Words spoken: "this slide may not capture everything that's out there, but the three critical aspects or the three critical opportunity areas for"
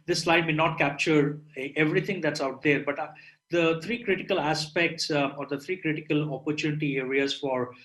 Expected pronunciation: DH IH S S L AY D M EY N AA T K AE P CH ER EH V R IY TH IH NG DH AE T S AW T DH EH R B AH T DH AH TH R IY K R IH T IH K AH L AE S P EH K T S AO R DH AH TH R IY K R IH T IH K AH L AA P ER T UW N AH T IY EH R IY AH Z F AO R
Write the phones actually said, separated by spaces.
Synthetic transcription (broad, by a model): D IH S S L AY D M EY N AA T K AE P CH ER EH V R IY T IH NG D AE T S AW T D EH R B AH T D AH T R IY K R IH T IH K AH L AE S P EH K T S AO R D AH T R IY K R IH T IH K AH L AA P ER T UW N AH T IY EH R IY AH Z F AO R